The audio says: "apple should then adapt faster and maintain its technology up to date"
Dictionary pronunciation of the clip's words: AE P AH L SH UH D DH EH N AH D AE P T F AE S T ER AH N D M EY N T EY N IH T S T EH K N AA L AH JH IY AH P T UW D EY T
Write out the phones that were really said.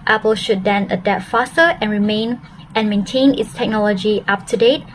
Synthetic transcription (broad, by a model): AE P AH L SH UH D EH N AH D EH T F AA S T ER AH N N M EY N T EY N IH T S T EH K N AA L AH JH IY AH P T UW D EY T